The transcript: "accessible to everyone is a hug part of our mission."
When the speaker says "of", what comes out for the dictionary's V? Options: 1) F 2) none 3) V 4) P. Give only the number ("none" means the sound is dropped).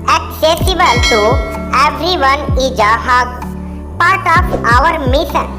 4